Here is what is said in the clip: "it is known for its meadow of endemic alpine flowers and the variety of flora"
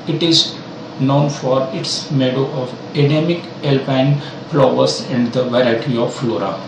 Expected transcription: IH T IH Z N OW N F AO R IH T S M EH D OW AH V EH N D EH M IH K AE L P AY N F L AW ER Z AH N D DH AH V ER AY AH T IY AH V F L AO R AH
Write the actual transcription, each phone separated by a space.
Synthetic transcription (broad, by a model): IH T IH Z N OW N F AO R IH T S M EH D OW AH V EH D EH M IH K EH L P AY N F L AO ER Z AH N D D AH V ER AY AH T IY AH V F L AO R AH